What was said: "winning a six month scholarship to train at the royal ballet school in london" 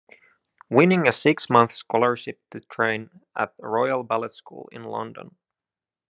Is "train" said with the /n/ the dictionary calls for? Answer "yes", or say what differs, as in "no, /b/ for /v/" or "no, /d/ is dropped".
yes